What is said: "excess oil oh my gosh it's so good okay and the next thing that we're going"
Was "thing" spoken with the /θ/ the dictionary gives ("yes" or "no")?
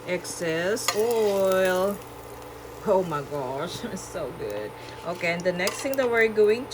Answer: no